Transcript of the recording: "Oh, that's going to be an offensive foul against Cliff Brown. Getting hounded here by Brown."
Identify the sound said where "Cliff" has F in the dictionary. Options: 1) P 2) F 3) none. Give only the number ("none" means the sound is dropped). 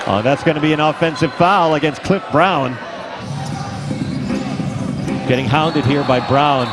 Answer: 2